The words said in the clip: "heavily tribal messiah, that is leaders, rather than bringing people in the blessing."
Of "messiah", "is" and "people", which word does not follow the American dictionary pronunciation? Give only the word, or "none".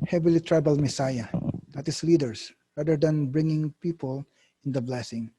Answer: is